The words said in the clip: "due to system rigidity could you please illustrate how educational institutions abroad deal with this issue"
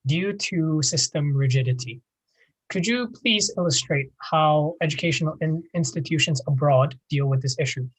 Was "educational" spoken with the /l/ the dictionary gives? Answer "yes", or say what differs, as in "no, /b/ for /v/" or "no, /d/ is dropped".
no, /n/ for /l/